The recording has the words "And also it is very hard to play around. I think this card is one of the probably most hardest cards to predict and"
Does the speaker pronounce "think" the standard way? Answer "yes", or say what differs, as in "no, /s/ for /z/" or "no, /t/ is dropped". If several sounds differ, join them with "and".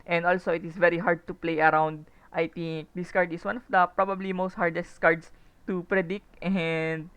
no, /t/ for /θ/